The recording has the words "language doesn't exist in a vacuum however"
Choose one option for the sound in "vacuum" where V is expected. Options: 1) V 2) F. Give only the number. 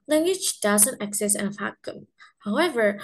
2